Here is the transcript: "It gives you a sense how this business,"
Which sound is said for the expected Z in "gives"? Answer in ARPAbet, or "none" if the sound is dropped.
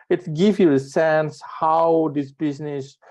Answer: none